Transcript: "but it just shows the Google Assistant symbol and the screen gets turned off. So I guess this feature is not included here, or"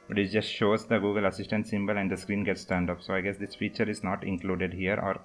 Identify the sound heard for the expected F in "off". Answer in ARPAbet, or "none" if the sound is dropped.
P